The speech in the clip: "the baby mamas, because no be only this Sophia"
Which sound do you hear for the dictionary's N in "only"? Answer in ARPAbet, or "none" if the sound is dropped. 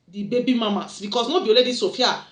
none